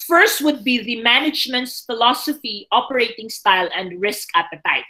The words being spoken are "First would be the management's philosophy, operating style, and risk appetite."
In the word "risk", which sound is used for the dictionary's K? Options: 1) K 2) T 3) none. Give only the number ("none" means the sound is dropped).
1